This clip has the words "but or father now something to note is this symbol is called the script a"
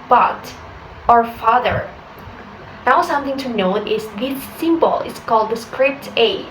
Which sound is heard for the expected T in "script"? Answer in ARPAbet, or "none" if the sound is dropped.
T